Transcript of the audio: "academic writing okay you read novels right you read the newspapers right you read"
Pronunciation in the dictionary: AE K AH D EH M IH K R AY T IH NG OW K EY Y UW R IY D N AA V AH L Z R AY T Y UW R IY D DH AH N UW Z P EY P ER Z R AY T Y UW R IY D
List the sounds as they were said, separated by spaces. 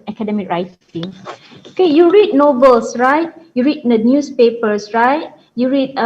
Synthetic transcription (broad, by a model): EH K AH D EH M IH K R AY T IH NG OW K EY Y UW R IY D N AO B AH L S R AY T Y UW R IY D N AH N UW S P EY P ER S R AY T Y UW R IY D